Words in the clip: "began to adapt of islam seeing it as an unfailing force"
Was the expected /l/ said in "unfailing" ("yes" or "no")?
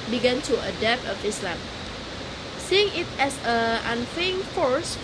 no